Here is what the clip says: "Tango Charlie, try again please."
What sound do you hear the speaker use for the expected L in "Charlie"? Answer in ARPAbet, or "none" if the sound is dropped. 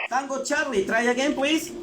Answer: L